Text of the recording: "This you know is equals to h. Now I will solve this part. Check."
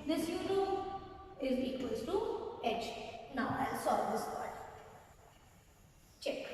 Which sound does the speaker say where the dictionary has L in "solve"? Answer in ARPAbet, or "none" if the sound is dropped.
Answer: none